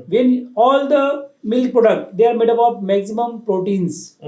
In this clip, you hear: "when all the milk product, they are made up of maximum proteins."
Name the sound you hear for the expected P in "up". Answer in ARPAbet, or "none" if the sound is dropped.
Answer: B